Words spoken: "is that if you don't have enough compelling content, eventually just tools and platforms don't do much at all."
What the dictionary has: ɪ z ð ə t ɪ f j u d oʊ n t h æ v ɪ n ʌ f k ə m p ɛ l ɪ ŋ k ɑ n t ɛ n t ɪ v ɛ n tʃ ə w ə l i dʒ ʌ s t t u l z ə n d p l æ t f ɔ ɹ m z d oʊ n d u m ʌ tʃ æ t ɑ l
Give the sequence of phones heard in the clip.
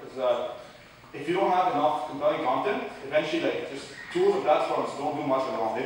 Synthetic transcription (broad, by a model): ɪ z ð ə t ɪ f j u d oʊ n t h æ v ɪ n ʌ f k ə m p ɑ ɪ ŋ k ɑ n t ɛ n t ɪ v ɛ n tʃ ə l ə l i dʒ ʌ s t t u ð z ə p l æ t f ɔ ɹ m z d oʊ n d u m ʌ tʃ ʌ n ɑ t